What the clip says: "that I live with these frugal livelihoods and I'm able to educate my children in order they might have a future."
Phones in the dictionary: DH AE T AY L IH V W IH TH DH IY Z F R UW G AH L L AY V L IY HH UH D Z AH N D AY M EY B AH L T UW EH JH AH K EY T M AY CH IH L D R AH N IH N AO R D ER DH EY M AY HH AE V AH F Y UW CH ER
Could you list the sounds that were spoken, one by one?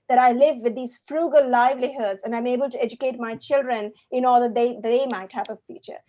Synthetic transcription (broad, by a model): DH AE T AY L IH V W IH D IY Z F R UW G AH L L AY V L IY HH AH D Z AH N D AY M EY B AH L T UW EH JH AH K EY T M AY CH IH L D R AH N IH N AO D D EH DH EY M AY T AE P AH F Y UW CH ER